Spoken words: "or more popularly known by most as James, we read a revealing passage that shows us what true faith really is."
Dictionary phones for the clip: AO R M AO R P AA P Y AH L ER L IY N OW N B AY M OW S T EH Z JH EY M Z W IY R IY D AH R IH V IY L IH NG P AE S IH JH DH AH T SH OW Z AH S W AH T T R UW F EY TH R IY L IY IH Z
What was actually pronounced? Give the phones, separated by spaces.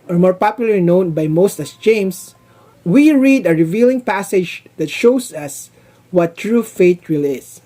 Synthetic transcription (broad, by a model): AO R M AO R P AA P Y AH L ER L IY N OW N B AY M OW S T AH S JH EY M S W IY R IY D AH R IH V IY L IH NG P AE S IH JH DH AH T SH OW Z AH S W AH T T R UW F EY T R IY L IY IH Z